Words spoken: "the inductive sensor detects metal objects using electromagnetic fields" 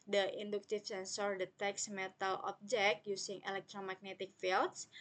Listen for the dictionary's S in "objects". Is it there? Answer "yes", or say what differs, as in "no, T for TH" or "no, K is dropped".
no, S is dropped